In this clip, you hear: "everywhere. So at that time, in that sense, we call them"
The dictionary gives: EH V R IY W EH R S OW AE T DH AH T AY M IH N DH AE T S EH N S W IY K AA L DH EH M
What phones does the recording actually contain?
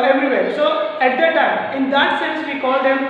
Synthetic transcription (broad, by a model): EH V R IY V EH R S OW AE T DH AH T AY IH N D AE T S EH N S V IY K AA L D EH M